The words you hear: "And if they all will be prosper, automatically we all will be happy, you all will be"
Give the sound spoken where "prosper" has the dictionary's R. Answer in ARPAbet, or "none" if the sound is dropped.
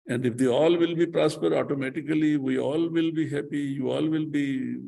R